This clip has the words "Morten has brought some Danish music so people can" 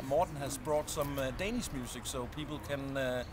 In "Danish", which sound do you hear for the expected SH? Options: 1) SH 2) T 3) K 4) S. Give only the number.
4